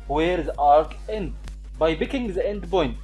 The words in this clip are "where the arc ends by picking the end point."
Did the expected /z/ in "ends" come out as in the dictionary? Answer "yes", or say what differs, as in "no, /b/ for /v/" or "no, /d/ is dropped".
no, /z/ is dropped